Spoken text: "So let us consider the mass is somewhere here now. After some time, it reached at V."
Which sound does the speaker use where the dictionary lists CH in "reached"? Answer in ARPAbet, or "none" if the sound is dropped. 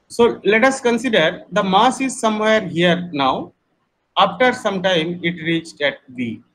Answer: CH